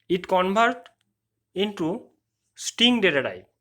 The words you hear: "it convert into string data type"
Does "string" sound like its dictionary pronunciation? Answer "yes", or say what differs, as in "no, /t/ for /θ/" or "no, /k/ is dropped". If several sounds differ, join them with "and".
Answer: no, /ɹ/ is dropped